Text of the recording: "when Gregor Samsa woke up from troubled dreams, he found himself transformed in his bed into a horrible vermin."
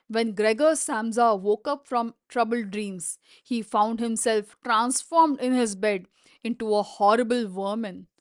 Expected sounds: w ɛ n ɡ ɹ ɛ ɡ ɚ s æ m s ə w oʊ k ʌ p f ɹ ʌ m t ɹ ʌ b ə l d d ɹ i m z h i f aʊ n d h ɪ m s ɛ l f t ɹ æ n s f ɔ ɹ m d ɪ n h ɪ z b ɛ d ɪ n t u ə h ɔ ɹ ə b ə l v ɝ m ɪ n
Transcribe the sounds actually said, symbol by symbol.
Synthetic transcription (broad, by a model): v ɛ n ɡ ɹ ɛ ɡ ɚ s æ m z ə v oʊ k ʌ p f ɹ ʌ m t ɹ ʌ b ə l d d ɹ i m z h i f aʊ n d h ɪ m s ɛ l f t ɹ æ n s f ɔ ɹ m d ɪ n h ɪ z b ɛ d ɪ n t u ə h ɔ ɹ ə b ə l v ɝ m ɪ n